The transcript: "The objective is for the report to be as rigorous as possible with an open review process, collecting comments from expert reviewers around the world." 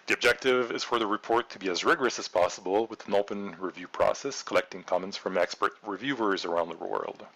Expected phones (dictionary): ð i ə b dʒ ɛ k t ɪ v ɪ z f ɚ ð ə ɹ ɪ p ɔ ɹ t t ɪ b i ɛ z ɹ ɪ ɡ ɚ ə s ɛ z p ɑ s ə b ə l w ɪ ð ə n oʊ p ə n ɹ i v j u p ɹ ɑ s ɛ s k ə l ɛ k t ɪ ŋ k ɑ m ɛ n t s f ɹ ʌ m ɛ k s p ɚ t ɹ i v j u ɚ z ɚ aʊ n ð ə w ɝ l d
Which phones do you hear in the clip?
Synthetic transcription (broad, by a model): ð i ə b dʒ ɛ k t ɪ v ɪ z f ɚ ð ə ɹ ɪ p ɔ ɹ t t ɪ b i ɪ z ɹ ɪ ɡ ɚ ə s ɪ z p ɑ s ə b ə l w ɪ ð ə n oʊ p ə n ɹ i v j u p ɹ ɑ s ɛ s k ə l ɛ k t ɪ ŋ k ɑ m ɛ n t s f ɹ ʌ m ɛ k s p ɚ t ɹ i v j u ɚ z ɚ aʊ n ð ə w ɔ l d